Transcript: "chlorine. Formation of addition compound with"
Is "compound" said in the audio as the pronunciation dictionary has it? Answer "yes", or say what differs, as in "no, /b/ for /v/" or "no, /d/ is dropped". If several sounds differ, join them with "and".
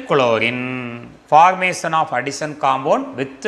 no, /b/ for /p/